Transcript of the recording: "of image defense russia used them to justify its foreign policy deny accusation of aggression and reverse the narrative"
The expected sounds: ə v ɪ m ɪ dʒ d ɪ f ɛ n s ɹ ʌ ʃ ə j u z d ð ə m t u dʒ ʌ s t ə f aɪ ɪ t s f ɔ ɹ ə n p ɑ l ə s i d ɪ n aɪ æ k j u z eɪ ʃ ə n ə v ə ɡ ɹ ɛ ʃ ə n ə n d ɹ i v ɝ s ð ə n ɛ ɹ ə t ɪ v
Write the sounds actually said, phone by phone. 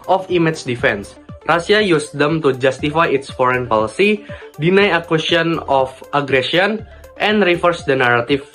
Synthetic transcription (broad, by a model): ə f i m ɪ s d ɪ f ɛ n s ɹ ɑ s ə j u s d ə m t u dʒ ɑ s t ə f aɪ ɪ t s f ɔ ɹ ə n p ɑ l ə s i d ɪ n aɪ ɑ k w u s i ə n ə f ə ɡ ɹ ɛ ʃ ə n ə n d ɹ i f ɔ s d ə n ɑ ɹ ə t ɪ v